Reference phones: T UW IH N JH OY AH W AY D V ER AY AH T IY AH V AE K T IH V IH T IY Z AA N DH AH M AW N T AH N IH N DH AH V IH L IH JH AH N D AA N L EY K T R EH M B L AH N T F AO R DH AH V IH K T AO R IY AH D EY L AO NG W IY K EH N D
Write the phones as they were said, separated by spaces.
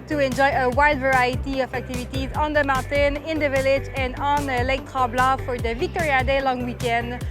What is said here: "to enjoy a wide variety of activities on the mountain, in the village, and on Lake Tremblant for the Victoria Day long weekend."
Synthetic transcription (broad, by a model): T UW IH N JH OY AH W AY D V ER AY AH T IY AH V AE K T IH V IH T IY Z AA N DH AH M AW N T AH N IH N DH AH V IH L IH JH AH N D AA N L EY K T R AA B L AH F AO R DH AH V IH K T AO R IY AH D EY L AO NG W IY K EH N D